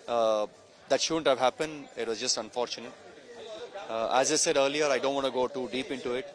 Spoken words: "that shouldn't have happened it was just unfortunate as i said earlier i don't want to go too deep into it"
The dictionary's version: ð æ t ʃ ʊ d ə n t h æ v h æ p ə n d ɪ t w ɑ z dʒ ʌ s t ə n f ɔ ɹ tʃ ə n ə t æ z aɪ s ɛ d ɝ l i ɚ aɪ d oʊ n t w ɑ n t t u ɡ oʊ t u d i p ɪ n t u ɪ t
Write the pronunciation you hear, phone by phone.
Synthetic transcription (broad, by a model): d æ t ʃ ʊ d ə n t h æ v h æ p ə n d ɪ t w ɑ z dʒ ʌ s t ə n f ɔ ɹ tʃ ə n ə t æ z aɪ s ɛ d ɝ l i ɚ aɪ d oʊ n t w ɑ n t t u ɡ oʊ t u d i p ɪ n t u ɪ t